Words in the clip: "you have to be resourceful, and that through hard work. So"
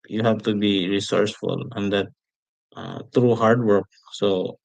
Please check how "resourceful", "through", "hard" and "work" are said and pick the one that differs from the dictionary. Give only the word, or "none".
through